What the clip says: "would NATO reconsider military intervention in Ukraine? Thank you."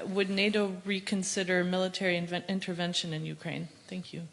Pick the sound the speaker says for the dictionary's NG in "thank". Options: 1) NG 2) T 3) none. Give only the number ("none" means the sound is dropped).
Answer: 1